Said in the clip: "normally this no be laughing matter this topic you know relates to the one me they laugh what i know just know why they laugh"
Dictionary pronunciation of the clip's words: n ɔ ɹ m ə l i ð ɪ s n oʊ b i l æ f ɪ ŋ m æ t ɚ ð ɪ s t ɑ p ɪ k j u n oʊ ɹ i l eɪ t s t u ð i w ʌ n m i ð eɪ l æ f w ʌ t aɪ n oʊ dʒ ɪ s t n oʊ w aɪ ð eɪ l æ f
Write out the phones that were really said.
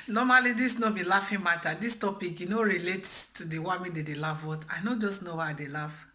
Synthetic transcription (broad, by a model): n ɔ m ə l i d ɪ s n oʊ b i l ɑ f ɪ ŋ m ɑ t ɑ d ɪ s t ɑ p ɪ k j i n oʊ ɹ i l eɪ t t u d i w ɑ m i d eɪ l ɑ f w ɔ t aɪ n oʊ dʒ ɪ s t n oʊ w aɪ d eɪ l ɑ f